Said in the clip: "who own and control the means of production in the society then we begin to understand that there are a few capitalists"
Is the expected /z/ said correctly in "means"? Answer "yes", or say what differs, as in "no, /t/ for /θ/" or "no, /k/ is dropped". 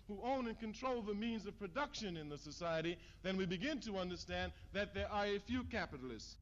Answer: yes